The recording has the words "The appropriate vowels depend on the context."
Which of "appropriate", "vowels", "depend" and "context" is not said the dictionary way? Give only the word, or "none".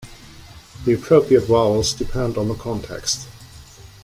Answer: vowels